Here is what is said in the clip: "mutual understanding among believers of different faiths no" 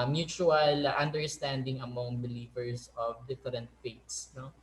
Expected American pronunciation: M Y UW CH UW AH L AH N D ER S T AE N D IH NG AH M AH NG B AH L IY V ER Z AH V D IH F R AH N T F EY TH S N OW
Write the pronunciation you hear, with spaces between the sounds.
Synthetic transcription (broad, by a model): M Y UW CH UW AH L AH N D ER S T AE N D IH NG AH M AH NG B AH L IY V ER S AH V D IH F R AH N T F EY T S N OW